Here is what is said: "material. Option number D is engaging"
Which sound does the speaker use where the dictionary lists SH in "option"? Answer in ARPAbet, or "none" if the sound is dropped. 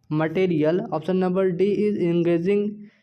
S